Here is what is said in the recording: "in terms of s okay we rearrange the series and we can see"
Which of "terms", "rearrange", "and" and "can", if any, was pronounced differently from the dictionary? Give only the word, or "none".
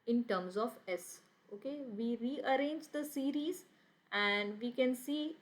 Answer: none